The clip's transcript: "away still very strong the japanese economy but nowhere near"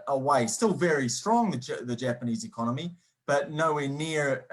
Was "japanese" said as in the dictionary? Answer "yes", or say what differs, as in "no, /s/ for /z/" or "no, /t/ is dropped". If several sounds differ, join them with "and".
yes